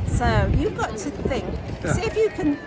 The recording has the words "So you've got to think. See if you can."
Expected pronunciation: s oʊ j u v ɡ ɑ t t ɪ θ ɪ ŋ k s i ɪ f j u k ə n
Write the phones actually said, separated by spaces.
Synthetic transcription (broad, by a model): s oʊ j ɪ v ɡ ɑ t t ɪ θ ɪ ŋ k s ɪ f j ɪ k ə n